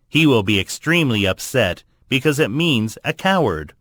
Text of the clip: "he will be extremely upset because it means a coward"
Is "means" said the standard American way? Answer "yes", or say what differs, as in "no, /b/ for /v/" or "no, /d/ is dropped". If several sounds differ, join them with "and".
yes